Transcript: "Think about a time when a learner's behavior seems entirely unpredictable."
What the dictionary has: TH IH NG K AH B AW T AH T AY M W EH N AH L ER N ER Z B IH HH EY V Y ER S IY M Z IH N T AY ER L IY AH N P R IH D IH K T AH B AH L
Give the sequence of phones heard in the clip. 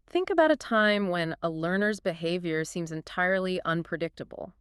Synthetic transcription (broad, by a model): TH IH NG K AH B AW T AH T AY M W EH N AH L ER N ER Z B IH HH EY V Y ER S IY M Z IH N T AY ER L IY AH N P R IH D IH K T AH B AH L